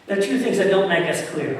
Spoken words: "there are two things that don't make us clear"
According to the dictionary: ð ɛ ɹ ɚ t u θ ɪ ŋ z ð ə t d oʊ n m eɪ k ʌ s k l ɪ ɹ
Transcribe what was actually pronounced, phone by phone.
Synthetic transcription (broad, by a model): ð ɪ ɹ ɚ t u θ ɪ ŋ z ð ə t d oʊ n m eɪ k ʌ s k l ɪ ɹ